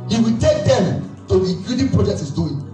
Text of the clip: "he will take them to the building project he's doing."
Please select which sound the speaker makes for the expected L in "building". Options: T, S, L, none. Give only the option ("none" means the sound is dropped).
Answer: none